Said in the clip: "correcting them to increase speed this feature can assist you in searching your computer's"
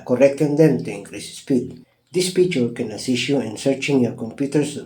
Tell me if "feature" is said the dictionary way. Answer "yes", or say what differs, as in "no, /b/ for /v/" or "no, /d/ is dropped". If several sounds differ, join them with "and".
no, /p/ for /f/